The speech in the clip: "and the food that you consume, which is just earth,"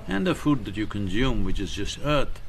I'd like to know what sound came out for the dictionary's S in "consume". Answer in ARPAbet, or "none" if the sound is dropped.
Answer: S